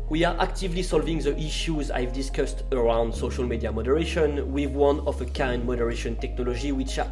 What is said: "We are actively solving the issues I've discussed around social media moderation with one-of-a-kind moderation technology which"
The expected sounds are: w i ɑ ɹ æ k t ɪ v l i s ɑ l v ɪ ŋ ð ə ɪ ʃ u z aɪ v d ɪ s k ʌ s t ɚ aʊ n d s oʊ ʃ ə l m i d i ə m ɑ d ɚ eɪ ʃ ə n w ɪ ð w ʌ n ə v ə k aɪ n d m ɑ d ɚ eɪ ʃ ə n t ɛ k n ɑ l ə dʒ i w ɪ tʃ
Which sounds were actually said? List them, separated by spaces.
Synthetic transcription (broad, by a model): w i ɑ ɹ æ k t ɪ v l i s ɑ l v ɪ ŋ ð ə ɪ ʃ u z aɪ v d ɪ s k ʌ s t ɚ aʊ n d s oʊ ʃ ə l m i d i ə m ɑ d ɚ eɪ ʃ ə n w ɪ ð w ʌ n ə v ə k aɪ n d m ɑ d ɚ eɪ ʃ ə n t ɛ k n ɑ l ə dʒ i w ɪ tʃ